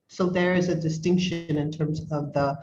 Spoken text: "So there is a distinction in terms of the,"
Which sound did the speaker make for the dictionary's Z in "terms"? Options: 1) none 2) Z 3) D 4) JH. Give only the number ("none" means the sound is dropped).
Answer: 2